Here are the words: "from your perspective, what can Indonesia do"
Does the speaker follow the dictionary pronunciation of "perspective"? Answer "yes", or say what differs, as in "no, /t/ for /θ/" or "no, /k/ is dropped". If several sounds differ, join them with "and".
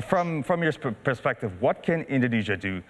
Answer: yes